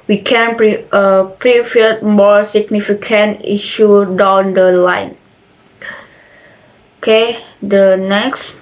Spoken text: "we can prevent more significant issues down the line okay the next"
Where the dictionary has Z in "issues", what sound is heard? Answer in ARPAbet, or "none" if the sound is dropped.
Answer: none